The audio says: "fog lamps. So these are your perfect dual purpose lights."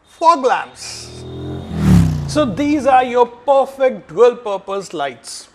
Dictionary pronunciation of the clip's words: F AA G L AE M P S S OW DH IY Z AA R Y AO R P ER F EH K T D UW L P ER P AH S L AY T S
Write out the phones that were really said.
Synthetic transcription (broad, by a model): F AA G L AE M S S OW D IY Z AA R Y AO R P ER F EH K T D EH L P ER P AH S L AY T S